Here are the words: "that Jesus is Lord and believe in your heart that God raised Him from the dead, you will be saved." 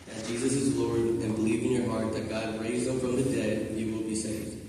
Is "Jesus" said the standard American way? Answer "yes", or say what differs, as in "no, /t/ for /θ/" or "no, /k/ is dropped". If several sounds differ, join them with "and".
yes